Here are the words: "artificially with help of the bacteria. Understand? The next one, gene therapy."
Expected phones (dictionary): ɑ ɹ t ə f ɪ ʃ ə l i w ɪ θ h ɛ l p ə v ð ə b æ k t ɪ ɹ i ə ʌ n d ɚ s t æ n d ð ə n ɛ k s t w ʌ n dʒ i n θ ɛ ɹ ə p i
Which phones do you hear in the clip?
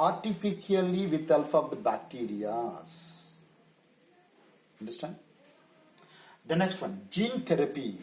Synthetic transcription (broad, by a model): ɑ ɹ t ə f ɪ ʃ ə l i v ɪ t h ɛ l f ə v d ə b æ k t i ɹ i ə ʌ n d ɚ s t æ n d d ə n ɛ k s t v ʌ n dʒ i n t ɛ ɹ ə p i